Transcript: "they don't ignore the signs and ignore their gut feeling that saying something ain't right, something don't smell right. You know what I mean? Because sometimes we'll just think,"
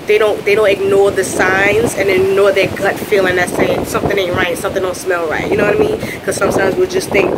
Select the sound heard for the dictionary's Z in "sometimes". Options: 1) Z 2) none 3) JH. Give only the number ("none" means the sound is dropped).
1